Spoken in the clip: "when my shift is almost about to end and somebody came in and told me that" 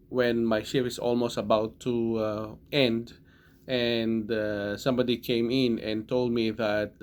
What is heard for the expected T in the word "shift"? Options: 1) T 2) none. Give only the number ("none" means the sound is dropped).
2